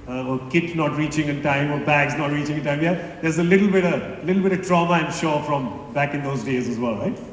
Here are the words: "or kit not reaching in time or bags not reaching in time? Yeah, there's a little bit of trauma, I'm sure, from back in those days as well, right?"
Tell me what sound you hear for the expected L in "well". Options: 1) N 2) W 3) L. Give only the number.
3